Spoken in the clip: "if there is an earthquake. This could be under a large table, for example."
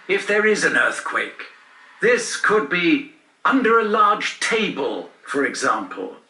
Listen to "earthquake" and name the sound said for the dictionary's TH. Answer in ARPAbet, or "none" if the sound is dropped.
TH